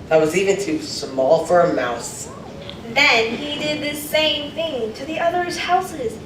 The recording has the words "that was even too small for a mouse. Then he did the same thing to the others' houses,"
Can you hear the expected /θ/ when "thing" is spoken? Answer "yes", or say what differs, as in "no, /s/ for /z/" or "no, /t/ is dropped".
yes